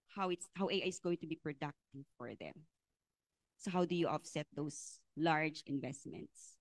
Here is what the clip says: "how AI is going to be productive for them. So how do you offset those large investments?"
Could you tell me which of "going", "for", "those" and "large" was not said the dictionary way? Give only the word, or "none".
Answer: those